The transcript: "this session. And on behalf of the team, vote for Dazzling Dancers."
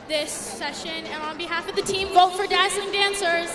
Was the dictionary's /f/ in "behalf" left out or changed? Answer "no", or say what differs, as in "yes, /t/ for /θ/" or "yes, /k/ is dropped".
no